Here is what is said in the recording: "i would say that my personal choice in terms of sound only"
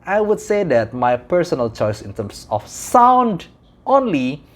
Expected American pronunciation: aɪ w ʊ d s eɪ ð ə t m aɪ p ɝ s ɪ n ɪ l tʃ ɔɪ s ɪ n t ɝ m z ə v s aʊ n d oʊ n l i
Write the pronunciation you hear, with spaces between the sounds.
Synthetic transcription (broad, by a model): aɪ w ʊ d s eɪ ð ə t m aɪ p ɝ s ɪ n ɪ l tʃ ɔɪ s ɪ n t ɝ m s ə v s aʊ n d oʊ n l i